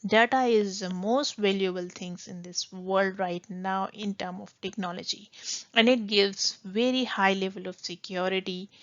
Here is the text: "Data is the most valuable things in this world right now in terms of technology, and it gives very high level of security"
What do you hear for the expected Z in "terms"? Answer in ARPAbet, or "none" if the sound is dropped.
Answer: none